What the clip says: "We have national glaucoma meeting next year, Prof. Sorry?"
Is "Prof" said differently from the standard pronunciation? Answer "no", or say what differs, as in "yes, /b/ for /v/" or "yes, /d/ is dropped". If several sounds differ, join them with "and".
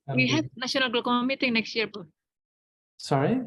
yes, /ɹ/ is dropped